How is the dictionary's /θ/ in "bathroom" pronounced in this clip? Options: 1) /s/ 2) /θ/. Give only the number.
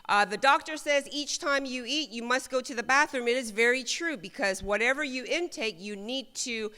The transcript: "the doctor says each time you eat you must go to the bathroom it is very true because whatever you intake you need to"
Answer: 2